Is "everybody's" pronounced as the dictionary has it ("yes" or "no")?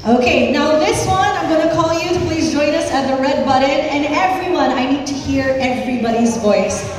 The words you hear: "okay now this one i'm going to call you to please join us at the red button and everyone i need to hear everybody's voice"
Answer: yes